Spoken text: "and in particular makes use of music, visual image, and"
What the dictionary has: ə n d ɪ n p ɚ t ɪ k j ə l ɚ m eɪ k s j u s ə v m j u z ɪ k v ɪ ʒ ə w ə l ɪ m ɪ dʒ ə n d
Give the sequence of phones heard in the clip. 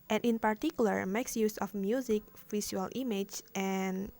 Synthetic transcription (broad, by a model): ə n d ɪ n p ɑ t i k j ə l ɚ m eɪ k s j u s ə f m j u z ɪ k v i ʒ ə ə l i m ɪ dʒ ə n